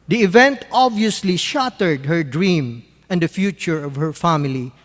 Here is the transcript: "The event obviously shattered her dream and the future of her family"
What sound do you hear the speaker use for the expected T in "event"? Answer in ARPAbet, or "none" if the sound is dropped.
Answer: T